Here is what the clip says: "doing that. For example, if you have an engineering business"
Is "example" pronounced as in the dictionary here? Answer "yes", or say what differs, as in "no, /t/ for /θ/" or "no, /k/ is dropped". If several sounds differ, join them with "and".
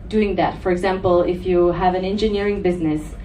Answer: yes